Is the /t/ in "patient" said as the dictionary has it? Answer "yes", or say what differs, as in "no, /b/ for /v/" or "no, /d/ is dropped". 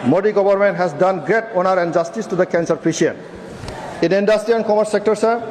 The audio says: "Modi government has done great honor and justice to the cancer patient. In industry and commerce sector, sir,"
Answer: no, /t/ is dropped